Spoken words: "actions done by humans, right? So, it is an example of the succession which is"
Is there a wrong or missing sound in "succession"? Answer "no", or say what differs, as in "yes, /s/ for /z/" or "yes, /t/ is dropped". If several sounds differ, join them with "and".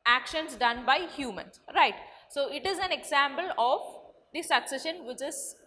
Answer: no